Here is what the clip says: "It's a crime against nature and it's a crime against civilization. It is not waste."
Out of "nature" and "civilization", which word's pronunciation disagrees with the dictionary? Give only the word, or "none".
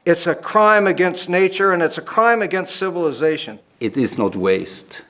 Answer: none